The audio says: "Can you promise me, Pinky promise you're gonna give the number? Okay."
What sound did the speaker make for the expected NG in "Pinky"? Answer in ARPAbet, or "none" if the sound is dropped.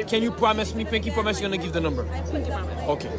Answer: none